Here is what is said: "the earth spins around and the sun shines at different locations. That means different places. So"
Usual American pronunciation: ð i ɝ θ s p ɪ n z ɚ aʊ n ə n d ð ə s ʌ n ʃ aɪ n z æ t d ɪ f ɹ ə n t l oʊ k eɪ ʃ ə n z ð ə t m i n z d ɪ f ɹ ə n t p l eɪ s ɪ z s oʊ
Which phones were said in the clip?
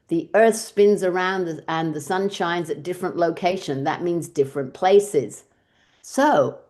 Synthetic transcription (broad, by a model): ð i ɝ θ s p ɪ n z ɚ aʊ n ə n ð ə s ʌ n ʃ aɪ n z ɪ t d ɪ f ɹ ə n t l oʊ k eɪ ʃ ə n ð ə t m i n z d ɪ f ɹ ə n p l eɪ s ɪ z s oʊ